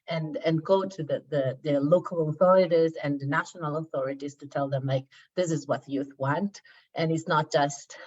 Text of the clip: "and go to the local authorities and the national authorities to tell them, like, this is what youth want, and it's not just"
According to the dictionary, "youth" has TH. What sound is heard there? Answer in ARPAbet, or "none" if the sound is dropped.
TH